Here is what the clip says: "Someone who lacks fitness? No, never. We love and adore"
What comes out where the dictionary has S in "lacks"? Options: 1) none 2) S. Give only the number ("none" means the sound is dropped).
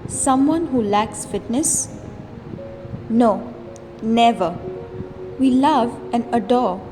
2